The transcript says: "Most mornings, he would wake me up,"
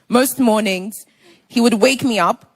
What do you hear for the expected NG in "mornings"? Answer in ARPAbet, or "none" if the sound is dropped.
NG